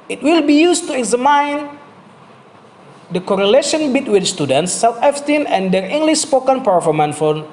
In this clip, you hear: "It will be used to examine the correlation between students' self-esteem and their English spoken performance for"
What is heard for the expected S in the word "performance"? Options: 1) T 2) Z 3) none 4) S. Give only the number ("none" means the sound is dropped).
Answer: 3